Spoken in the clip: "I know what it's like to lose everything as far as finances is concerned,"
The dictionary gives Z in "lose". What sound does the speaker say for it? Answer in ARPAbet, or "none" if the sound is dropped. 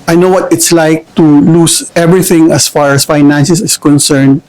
S